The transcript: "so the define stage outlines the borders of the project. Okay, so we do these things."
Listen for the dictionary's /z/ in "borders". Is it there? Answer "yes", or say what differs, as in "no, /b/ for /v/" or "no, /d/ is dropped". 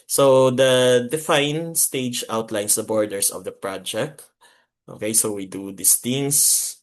no, /s/ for /z/